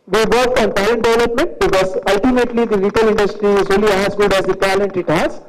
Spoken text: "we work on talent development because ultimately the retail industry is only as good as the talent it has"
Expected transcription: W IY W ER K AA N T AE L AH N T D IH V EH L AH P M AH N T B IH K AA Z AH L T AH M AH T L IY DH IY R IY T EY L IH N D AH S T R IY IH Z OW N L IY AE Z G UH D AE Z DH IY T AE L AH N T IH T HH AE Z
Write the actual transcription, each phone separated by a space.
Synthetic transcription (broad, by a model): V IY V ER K AA N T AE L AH N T D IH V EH L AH P M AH N T B IH K AA Z AH L T AH M AH T L IY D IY R IY T EY L IH N D AH S T R IY IH Z OW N L IY AE Z G UH D AE Z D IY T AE L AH N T IH T HH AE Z